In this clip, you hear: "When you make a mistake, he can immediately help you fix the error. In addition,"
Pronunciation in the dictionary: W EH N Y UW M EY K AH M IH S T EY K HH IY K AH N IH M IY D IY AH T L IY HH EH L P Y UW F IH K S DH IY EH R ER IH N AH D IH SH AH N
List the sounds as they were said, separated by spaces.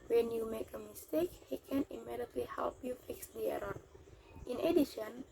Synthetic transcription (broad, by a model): W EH N Y UW M EY K AH M IH S T EY K HH IY K AH N IH M IY D IY AH T L IY HH EH L P Y UW F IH K S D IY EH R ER IH N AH D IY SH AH N